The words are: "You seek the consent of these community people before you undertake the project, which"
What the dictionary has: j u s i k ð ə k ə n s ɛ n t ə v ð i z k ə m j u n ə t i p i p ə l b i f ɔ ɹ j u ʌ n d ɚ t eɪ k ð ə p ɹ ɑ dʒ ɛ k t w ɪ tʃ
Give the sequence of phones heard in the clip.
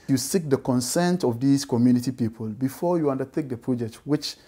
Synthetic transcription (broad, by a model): j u s i k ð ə k ə n s ɛ n t ə v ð i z k ə m j u n ə t i p i p ə l b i f ɔ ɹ j u ʌ n d ɚ t eɪ k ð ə p ɹ ɑ dʒ ɛ k t w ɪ tʃ